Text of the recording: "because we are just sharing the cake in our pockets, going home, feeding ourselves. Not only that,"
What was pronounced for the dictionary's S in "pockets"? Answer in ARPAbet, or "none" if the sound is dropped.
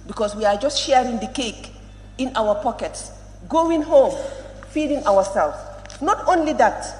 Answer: S